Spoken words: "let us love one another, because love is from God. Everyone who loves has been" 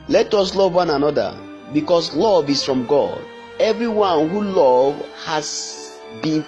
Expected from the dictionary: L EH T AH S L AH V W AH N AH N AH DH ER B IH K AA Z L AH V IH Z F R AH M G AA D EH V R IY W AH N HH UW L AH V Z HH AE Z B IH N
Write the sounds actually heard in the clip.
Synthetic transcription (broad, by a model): L EH T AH S L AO V W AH N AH N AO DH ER B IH K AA S L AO V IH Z F R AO M G AA D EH V R IY W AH N HH UW L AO V HH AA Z B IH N